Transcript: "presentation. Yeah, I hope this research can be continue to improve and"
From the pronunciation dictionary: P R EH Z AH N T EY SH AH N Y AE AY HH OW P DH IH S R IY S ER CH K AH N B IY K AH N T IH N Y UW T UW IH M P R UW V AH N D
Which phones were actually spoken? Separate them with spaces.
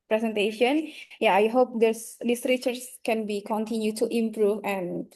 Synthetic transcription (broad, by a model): P R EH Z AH N T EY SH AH N Y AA AY HH OW P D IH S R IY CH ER S K AH N B IY K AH N T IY N Y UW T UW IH M P R UW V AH N